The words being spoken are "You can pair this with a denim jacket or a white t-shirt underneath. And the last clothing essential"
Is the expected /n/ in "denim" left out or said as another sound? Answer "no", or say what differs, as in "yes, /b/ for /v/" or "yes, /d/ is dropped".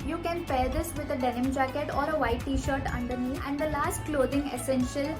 no